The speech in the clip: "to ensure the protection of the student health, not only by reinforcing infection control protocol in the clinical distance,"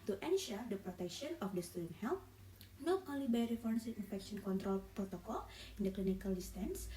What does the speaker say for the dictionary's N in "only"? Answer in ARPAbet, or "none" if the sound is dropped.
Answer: none